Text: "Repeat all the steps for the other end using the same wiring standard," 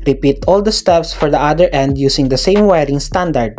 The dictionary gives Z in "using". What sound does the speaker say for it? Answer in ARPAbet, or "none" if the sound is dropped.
S